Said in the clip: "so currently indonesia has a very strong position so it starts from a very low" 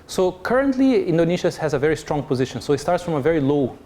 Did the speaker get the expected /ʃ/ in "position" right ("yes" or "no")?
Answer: yes